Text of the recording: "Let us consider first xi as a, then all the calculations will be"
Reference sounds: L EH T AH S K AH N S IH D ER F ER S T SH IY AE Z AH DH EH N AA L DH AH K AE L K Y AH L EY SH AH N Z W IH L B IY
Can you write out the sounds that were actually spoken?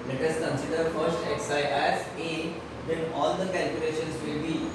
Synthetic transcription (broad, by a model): L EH T AH S K AH N S IH D ER F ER S T S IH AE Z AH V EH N AA L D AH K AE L K Y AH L EY SH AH N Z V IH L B IY